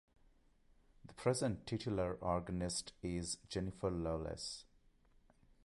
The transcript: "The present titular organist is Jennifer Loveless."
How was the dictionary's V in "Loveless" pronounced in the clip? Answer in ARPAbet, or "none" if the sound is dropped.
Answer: none